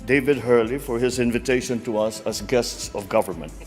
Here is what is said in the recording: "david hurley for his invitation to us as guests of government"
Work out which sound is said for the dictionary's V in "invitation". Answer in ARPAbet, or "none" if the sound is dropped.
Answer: V